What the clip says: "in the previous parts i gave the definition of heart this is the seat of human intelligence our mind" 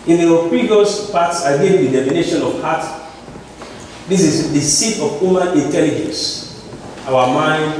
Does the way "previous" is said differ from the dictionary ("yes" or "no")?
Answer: yes